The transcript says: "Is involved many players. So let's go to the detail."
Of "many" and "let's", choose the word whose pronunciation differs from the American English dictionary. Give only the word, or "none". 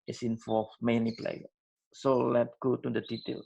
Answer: let's